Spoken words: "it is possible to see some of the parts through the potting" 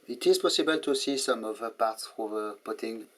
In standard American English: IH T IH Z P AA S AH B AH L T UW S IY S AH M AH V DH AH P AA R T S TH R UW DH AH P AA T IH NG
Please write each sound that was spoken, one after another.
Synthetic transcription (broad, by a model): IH T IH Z P AA S AH B AH L T UW S IY S AH M AH V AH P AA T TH AO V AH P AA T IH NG